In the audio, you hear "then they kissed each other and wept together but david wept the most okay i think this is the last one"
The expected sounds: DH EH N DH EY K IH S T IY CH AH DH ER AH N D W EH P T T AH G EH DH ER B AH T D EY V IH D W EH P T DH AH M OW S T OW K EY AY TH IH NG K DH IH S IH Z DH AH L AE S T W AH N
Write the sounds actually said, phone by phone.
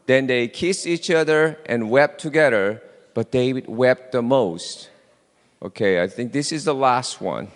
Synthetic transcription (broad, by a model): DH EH N DH EY K IH S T IY CH AH DH ER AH N W EH P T T AH G EH DH ER B AH T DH EY IH W EH P T DH AH M OW S T OW K EY AY TH IH NG K DH IH S IH Z DH AH L AE S T W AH N